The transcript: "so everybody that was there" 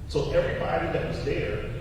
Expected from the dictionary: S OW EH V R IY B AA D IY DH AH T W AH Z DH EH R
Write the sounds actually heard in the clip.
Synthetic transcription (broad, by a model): S OW EH V R IY B AA D IY DH AH T W AH Z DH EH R